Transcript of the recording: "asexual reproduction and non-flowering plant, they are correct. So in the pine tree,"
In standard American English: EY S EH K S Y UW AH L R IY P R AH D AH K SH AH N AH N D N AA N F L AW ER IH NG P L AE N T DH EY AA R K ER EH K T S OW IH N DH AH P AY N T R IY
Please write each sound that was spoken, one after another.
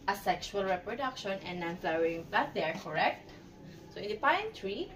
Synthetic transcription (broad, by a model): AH S EH K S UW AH L R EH P R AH D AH K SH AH N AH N N AA N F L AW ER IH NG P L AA T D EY AA R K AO EH K T S OW IH N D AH P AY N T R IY